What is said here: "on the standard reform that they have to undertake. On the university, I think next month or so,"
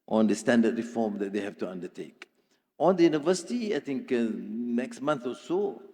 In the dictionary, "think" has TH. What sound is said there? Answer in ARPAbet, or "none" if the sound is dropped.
T